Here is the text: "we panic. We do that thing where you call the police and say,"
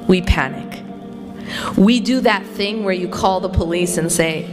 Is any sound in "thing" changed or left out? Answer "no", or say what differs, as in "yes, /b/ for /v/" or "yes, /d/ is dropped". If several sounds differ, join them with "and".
no